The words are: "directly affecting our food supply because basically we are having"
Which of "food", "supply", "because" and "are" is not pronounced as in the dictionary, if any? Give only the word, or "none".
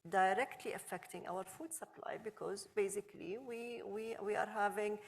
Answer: none